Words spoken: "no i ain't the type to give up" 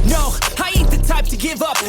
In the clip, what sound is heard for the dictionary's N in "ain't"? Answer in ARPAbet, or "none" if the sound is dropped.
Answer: none